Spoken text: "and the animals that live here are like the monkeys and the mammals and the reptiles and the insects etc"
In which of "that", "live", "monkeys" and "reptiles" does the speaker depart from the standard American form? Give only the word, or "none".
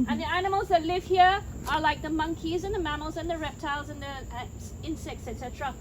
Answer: none